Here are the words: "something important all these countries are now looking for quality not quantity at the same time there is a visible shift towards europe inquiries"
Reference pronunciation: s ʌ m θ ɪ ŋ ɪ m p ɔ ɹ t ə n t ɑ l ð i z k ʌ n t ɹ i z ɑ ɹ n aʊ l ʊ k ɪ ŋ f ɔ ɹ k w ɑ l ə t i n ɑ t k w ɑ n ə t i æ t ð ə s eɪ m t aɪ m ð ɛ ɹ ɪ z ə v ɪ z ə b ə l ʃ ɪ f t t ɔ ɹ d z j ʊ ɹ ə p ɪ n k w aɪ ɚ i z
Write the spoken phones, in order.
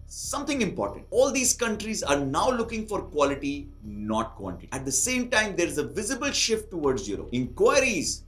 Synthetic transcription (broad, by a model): s ʌ m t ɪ ŋ ɪ m p ɔ ɹ t ə n t ɑ l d i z k ʌ n t ɹ i z ɑ ɹ n aʊ l ʊ k ɪ ŋ f ɔ ɹ k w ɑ l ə t i n ɑ t k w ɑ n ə t i æ t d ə s eɪ m t aɪ m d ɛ ɹ ɪ z ə v ɪ z ə b ə l ʃ ɪ f t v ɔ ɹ d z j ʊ ɹ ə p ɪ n k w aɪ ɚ i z